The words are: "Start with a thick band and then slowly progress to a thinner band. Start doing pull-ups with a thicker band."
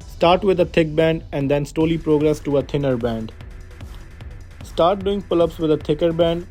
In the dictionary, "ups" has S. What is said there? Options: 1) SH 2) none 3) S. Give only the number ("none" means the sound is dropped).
3